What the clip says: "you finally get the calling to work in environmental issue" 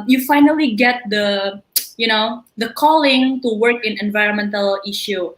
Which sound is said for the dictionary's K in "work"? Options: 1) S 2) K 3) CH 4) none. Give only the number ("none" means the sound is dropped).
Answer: 2